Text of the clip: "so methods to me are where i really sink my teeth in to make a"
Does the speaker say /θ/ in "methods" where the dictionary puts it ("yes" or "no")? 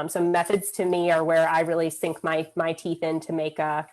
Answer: yes